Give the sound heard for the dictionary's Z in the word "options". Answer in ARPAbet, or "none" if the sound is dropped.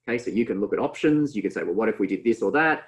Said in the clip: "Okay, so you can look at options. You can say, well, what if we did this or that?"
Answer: Z